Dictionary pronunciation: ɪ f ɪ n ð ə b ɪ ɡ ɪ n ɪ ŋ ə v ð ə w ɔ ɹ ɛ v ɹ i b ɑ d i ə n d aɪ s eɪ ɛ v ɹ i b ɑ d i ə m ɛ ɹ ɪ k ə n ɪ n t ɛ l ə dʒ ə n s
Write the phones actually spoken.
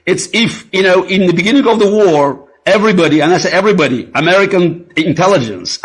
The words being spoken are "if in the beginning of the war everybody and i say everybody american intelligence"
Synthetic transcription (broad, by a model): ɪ f ɪ n ð ə b ɪ ɡ ɪ n ɪ ŋ ə v ð ə w ɔ ɹ ɛ v ɹ i b ɑ d i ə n aɪ s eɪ ɛ v ɹ i b ɑ d i ə m ɛ ɹ ɪ k ə n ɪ n t ɛ l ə dʒ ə n s